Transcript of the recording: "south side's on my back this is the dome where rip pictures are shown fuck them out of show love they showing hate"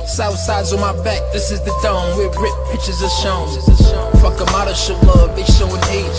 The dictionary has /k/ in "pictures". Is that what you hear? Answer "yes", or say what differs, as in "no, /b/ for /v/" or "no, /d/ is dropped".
no, /k/ is dropped